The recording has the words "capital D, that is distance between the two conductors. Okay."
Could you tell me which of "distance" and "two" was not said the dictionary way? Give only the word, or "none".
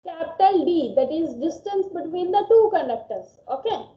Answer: none